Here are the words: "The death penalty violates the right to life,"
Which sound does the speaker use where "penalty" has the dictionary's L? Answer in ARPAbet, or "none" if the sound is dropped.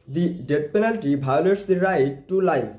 L